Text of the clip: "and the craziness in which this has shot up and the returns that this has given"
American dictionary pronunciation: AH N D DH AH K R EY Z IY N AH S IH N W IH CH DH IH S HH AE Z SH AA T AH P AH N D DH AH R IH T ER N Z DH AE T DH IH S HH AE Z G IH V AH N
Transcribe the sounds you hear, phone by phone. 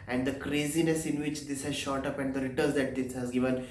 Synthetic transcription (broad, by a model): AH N D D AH K R EY Z IY N AH S IH N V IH CH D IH S HH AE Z SH AA T AH P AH N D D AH R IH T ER Z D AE T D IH S HH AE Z G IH V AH N